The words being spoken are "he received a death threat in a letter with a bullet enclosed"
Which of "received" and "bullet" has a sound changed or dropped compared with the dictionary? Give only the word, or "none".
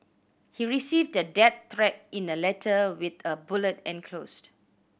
none